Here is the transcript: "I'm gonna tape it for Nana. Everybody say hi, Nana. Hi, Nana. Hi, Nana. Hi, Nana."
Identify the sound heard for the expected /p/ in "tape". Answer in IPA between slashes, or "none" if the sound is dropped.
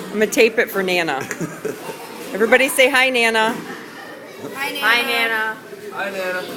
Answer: /p/